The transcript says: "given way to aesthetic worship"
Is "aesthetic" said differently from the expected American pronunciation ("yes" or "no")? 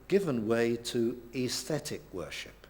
no